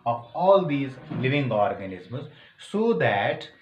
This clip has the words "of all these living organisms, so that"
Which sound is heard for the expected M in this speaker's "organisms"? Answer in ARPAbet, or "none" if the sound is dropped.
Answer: M